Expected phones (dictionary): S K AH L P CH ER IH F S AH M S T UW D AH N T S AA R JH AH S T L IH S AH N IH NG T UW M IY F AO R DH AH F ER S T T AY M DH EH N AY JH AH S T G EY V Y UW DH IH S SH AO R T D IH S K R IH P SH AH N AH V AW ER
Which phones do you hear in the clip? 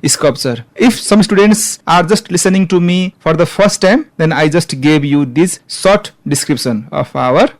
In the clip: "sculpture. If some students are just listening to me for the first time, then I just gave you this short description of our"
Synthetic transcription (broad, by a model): S K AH L P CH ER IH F S AH M S T UW D AH N T S AA R JH AH S T L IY S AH N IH NG T UW M IY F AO R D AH P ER S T T AY M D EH N AY JH AH S T G EY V Y UW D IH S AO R T D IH S K R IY P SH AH N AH P AW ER